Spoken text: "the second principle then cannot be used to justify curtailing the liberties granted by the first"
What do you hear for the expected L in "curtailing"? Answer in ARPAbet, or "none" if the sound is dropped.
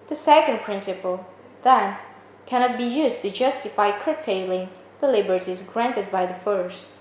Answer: L